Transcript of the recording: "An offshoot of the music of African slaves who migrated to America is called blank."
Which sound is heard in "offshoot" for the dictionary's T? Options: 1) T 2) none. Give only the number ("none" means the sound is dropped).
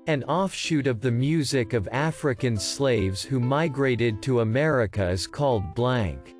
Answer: 1